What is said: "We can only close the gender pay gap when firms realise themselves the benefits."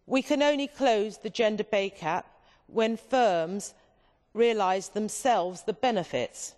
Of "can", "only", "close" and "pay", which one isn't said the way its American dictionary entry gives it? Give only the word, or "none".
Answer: pay